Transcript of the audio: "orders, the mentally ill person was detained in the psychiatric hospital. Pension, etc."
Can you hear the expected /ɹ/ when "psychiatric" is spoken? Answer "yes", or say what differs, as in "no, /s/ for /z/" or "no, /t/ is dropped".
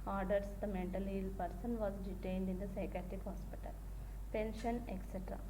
no, /ɹ/ is dropped